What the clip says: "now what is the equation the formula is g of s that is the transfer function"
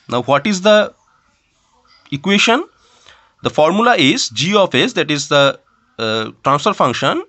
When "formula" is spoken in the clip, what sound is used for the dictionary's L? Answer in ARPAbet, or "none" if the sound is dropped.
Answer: L